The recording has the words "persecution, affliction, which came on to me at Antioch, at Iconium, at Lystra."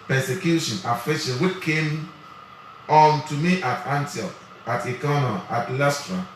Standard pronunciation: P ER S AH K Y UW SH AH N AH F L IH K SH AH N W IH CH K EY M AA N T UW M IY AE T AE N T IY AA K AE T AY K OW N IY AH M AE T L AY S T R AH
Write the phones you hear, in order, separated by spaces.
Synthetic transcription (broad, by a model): P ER S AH K Y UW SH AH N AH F IH SH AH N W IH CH K EY M AA N T UW M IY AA T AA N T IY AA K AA T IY K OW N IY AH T L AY S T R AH